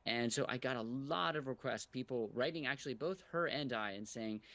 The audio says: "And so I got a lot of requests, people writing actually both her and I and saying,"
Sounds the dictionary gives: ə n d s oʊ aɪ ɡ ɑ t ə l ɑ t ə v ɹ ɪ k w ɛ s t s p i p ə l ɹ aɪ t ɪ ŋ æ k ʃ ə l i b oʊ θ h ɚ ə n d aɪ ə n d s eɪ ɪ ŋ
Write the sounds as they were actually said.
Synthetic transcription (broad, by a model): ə n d s oʊ aɪ ɡ ɑ t ə l ɑ t ə v ɹ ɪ k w ɛ s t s p i p l ɹ aɪ t ɪ ŋ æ k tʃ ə l i b oʊ θ h ɚ ə n d aɪ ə n s eɪ ɪ ŋ